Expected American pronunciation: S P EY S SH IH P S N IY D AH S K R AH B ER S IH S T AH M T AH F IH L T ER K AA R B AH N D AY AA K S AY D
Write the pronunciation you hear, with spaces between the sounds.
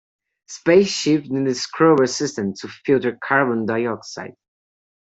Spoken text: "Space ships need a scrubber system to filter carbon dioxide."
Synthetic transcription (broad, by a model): S P EY S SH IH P N IY D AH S K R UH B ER S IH S T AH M T AH F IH L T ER K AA R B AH N D AY AA K S AY D